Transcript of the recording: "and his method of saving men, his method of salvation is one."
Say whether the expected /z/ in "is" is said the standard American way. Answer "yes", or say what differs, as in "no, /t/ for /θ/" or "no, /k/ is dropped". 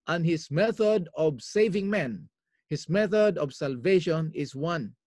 no, /s/ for /z/